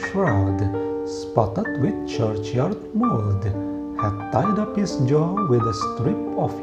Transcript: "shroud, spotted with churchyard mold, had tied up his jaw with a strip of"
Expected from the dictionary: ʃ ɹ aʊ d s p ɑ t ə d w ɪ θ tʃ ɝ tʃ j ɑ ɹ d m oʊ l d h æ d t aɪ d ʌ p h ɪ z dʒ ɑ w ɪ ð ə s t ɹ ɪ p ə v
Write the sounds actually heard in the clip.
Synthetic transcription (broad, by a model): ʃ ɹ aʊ d s p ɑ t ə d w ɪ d tʃ ɝ tʃ j ɑ ɹ d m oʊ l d h æ d t aɪ d ʌ p h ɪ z dʒ ɑ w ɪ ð ə s t ɹ ɪ p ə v